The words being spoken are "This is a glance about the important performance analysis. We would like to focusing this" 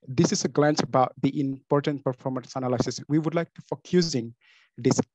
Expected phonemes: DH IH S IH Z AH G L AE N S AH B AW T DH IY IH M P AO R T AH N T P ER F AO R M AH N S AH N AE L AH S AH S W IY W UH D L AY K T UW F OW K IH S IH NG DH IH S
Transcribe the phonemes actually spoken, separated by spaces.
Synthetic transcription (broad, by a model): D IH S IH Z AH G L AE N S AH B AW T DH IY IH M P AO R T AH N T P ER F AO R M AH N S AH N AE L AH S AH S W IY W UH D L AY K T UW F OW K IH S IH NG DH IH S